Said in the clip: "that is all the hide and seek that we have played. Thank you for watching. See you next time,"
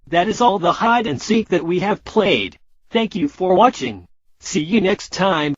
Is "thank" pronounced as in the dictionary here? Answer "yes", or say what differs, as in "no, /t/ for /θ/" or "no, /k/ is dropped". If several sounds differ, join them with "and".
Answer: yes